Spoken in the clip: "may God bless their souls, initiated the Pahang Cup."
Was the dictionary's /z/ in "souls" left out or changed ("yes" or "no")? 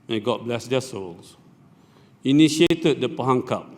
yes